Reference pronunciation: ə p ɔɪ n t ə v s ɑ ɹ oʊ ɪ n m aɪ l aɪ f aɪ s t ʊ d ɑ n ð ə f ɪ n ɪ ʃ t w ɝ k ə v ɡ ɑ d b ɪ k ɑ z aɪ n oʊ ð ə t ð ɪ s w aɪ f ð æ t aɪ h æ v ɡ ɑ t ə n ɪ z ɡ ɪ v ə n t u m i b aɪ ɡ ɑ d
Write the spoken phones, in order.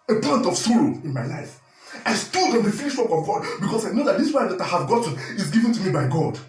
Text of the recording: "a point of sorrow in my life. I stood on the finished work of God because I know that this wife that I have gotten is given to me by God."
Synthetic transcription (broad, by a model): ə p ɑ n t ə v s ɑ ɹ oʊ ɪ n m aɪ l aɪ f aɪ s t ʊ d ɑ n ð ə f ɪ l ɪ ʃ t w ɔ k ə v ɡ ɑ d b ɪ k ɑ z aɪ n oʊ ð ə t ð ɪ s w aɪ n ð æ t aɪ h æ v ɡ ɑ t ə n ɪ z ɡ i v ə n t u m i b aɪ ɡ ɑ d